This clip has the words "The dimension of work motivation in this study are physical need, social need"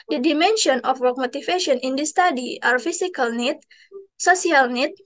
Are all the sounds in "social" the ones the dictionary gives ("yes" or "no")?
no